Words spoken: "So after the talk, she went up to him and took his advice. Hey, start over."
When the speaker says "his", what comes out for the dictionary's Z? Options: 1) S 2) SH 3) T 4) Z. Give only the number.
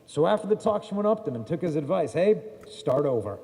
4